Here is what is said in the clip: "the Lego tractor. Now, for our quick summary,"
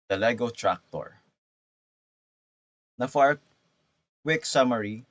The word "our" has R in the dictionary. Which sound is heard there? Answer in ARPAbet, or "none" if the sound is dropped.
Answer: R